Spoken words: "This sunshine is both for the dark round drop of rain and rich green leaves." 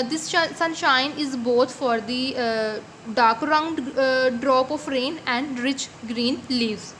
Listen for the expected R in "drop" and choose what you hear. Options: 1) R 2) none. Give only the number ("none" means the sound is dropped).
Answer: 1